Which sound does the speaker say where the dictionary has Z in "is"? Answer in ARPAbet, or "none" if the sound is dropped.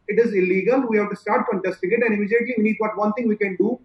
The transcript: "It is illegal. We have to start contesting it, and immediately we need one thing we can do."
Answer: Z